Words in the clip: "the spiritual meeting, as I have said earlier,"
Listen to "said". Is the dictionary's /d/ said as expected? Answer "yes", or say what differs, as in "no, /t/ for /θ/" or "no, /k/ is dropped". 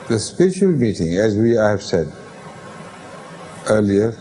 yes